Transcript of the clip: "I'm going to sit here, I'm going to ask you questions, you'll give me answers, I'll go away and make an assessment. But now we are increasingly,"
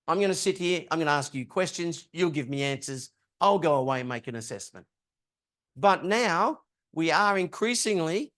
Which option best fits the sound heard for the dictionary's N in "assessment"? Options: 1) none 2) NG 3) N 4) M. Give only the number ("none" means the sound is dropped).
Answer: 3